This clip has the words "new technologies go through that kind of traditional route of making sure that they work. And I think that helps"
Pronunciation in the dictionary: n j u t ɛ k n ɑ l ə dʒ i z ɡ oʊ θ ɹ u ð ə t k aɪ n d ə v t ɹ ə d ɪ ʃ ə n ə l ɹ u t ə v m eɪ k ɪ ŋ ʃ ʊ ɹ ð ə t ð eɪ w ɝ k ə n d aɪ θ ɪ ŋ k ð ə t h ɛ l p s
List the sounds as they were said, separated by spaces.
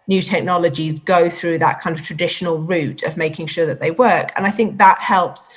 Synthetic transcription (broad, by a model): n j u t ɛ k n ɑ l ə dʒ i z ɡ oʊ θ ɹ u ð ə t k aɪ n d ə v t ɹ ə d ɪ ʃ ə n ə l ɹ u t ə v m eɪ k ɪ ŋ ʃ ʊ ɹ ð ə t ð eɪ w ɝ k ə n aɪ θ ɪ ŋ k ð ə t h ɛ l p s